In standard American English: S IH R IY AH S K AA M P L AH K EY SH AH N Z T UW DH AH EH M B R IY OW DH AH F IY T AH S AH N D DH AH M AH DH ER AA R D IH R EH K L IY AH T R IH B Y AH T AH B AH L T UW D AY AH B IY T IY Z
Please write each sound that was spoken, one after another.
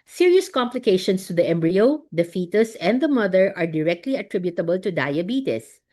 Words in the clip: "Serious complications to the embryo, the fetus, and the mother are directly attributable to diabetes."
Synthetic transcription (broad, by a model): S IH R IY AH S K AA M P L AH K EY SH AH N S T UW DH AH EH M B R IY OW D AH F IY T AH S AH N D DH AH M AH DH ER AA R D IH R EH K L IY AH T R IH B Y AH T AH B AH L T UW D AY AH B IY T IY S